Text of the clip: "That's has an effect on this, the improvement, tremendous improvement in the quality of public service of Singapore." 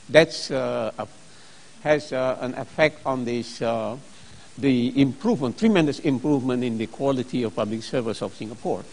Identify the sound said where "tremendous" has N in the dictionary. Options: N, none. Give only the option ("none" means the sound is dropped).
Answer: N